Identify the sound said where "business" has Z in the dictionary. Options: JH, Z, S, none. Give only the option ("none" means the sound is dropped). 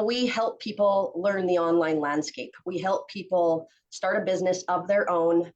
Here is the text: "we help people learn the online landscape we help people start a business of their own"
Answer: Z